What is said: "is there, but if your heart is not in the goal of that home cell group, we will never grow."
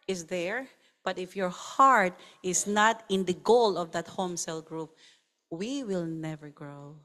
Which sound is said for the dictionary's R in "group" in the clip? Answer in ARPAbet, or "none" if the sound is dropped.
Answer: R